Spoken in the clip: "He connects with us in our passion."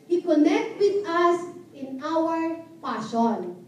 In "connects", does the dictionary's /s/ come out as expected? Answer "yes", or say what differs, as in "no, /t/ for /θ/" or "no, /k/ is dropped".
no, /s/ is dropped